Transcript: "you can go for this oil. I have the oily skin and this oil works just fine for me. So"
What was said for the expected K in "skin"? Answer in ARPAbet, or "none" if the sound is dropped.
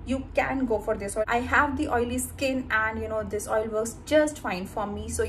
K